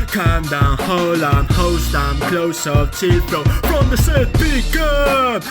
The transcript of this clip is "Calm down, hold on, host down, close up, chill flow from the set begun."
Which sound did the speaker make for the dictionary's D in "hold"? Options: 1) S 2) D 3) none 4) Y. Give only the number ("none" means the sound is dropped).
3